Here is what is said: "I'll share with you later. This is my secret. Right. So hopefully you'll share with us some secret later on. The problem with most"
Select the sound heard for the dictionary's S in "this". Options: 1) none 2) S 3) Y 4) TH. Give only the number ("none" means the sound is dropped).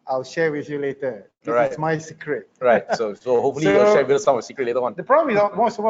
1